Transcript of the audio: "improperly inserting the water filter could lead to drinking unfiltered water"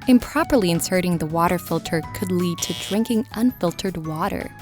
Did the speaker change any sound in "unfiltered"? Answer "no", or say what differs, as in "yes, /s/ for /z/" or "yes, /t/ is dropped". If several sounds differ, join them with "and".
no